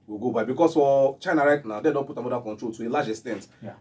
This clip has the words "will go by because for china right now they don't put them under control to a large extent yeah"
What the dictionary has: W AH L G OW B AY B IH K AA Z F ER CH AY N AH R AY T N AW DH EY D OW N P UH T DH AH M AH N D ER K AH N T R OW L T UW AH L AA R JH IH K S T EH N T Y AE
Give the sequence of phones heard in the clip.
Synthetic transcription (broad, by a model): W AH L G OW B AY B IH K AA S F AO CH AY N AH R AY T N AW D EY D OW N P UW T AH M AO D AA K AH N T R OW L T UW AH L AA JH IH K S T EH N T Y